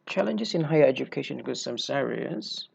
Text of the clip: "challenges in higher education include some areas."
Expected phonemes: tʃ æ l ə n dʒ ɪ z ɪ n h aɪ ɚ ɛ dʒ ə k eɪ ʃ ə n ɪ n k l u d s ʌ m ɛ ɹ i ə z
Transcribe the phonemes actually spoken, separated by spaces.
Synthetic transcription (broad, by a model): tʃ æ l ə n dʒ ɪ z ɪ n h aɪ ɚ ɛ dʒ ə k eɪ ə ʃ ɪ n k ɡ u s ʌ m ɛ ɹ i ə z